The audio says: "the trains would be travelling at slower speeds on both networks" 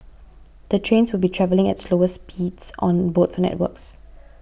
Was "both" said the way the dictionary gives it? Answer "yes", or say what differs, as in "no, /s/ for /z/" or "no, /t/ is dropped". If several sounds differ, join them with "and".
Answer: no, /f/ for /θ/